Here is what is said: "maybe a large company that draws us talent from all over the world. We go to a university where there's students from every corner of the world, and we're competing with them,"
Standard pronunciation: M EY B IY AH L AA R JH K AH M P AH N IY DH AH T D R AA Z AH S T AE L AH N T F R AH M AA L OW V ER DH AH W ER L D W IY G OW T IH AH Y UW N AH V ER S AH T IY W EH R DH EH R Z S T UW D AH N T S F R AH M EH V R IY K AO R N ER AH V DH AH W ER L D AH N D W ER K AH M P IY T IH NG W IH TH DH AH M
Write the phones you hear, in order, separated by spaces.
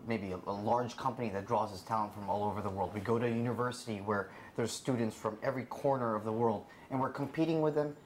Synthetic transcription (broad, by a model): M EY B IY AH L AA R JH K AH M P AH N IY DH AH T D R AA Z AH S T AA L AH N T F R AH M AA L OW V ER DH AH W ER L D W IY G OW T IH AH Y UW N AH V ER S AH T IY W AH R DH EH R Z S T UW D N T S F R AH M EH V R IY K AO R N ER AH V DH AH W ER L D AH N W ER K AH M P IY T IH NG W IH DH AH M